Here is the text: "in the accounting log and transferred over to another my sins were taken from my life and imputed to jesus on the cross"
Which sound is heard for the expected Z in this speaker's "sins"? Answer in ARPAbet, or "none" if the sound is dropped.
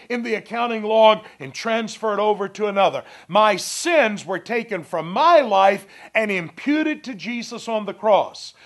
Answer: Z